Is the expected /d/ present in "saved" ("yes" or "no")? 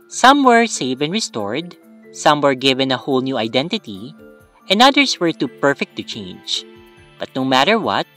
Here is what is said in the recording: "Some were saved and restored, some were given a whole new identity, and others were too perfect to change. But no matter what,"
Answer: no